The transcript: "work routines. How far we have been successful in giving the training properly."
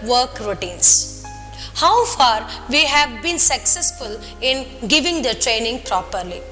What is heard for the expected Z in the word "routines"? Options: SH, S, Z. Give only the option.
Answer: S